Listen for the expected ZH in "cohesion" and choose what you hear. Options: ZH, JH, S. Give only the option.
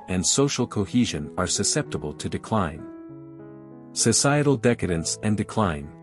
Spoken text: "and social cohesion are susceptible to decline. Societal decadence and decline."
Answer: ZH